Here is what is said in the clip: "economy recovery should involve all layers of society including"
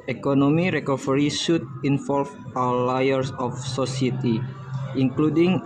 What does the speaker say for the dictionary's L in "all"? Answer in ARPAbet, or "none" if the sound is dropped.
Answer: W